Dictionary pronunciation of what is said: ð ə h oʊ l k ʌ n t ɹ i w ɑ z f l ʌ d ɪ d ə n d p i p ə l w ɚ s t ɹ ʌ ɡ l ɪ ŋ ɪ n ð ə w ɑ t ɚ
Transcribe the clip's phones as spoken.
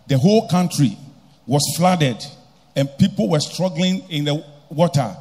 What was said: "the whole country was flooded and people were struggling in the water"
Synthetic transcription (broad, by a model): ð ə h oʊ l k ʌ n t ɹ i w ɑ s f l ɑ d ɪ d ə n p i p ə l w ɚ s t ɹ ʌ ɡ l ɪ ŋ ɪ n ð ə w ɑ t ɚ